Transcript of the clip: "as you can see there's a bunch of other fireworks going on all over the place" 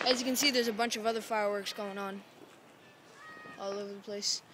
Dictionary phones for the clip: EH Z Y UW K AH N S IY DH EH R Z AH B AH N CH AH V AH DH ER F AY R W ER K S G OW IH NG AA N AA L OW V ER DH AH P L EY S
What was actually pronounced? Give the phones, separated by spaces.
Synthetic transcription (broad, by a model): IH Z Y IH K AH N S IY DH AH R Z AH B AH N CH AH V AH DH ER F AY R W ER K S G OW IH NG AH N AA L OW V ER DH AH P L EY S